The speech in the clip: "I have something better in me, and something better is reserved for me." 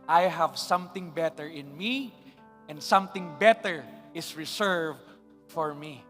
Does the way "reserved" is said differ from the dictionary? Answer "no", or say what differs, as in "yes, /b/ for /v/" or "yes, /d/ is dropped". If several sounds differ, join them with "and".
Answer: yes, /s/ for /z/